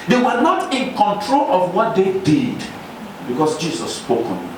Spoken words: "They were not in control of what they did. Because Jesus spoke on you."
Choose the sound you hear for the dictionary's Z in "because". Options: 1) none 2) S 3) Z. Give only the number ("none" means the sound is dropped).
2